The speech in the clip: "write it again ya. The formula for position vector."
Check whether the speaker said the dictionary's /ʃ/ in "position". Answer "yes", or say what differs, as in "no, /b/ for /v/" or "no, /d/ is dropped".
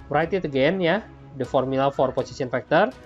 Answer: no, /s/ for /ʃ/